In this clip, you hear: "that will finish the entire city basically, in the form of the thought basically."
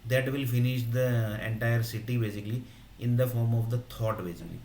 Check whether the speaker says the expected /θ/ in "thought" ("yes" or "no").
no